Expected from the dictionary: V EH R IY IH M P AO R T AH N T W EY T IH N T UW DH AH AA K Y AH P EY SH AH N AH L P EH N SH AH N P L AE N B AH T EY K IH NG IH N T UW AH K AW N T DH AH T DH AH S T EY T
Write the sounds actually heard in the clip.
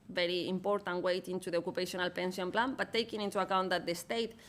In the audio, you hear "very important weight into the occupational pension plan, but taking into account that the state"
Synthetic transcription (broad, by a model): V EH R IY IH M P AO R T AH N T W EY T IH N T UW DH AH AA K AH P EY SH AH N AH L P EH N S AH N P L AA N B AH T EY K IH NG IH N T UW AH K AW N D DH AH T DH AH S T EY T